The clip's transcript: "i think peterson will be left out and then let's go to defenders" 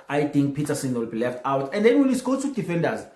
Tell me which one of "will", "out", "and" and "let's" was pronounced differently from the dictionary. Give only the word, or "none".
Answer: let's